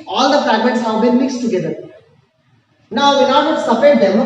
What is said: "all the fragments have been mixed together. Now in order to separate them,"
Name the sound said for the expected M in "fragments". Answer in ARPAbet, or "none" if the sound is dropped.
M